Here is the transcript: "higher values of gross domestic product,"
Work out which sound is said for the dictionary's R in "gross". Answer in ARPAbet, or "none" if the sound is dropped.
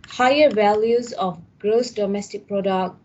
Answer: R